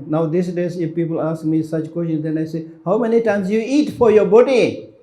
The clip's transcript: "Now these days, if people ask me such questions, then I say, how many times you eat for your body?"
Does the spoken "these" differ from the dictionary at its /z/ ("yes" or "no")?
yes